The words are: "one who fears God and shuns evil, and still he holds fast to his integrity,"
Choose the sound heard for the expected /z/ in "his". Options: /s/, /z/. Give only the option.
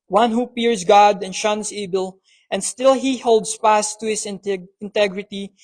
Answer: /s/